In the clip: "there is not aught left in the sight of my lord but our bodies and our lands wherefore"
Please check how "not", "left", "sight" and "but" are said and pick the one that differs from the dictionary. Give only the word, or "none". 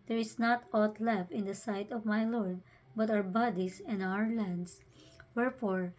left